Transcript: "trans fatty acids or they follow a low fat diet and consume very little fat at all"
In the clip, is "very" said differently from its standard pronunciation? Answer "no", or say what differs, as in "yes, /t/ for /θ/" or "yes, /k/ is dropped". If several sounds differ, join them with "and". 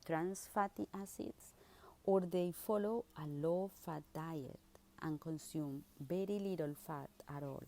yes, /b/ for /v/